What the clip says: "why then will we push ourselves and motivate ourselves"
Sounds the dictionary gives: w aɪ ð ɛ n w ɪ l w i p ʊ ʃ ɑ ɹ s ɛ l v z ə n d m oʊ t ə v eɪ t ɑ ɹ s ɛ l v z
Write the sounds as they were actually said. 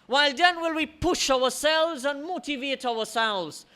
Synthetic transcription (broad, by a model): w aɪ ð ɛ n w ɪ l w i p ʊ ʃ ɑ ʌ s ɛ l v z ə n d m oʊ t ə v eɪ t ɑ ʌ s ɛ l v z